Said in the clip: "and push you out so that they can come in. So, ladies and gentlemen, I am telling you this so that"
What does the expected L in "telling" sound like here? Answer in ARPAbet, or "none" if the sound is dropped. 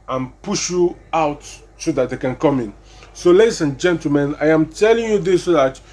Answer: L